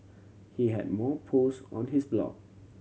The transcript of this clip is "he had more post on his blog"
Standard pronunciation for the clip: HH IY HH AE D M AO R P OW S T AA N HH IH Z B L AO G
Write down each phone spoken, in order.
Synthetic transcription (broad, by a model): HH IY HH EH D M AO P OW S AA N HH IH S B L AO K